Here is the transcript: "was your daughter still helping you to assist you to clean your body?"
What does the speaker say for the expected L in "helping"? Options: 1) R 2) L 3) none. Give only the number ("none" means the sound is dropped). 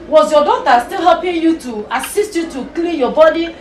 3